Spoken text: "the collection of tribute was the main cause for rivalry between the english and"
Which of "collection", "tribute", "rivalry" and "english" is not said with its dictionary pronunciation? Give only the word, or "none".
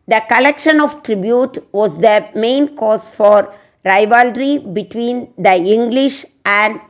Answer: none